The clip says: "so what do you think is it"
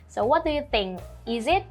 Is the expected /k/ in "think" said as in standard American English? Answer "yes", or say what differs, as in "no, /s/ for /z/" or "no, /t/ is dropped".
no, /k/ is dropped